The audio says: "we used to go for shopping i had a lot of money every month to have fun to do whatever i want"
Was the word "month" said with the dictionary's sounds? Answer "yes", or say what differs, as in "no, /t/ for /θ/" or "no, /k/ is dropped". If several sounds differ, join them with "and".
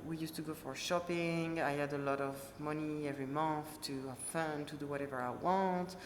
yes